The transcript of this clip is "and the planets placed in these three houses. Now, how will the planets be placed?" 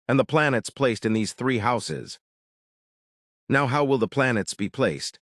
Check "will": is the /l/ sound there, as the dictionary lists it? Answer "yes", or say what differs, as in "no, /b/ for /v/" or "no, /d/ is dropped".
yes